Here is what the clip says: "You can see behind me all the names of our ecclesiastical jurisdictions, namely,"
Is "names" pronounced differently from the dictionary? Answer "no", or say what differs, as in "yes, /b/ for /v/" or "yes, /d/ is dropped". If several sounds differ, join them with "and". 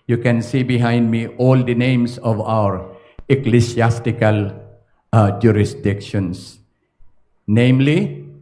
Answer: yes, /s/ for /z/